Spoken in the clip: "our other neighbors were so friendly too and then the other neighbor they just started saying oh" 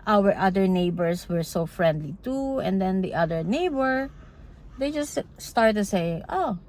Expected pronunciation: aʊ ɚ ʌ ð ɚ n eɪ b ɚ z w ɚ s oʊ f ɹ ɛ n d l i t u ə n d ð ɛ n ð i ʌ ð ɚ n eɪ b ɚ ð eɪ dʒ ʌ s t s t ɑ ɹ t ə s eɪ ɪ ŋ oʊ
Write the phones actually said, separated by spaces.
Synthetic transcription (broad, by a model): aʊ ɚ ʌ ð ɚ n eɪ b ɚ s w ɚ s oʊ f ɹ ɛ n d l i t u ə n d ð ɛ n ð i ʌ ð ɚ n eɪ b ɚ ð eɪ dʒ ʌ s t s t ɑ ɹ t s eɪ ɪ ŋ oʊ